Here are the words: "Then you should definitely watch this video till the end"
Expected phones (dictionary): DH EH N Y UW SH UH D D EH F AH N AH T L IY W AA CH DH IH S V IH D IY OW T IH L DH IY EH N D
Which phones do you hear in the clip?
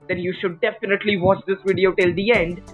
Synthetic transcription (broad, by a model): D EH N Y UW SH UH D D EH F AH N AH T L IY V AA CH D IH S V IH D IY OW T IH L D IY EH N D